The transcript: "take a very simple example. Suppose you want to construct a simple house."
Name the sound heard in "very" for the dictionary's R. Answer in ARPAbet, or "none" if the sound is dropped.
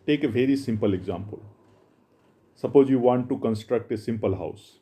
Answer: R